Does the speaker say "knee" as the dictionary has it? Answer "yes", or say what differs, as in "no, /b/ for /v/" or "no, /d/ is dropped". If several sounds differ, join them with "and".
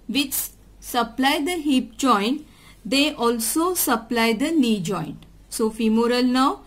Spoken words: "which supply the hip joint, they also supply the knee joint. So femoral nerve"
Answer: no, /l/ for /n/